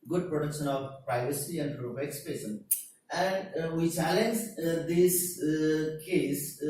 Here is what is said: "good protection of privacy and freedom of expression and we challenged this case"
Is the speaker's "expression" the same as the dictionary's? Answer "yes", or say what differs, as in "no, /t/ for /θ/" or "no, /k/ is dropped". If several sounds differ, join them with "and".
no, /ɹ/ is dropped